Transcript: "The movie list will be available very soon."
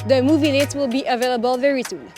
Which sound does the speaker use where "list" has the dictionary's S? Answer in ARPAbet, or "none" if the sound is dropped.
none